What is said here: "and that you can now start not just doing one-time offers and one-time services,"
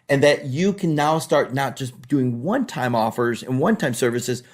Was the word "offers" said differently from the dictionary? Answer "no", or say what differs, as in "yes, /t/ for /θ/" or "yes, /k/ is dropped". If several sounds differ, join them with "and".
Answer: no